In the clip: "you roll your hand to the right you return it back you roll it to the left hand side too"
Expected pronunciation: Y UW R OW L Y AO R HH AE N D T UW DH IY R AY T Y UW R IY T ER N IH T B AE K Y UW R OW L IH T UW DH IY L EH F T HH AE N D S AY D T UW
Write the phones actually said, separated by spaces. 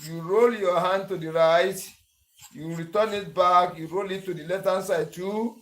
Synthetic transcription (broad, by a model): Y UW R OW L Y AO HH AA N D T UW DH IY R AY T Y UW R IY T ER N IH T B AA K Y UW R OW L IH T UW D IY L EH T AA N S AY D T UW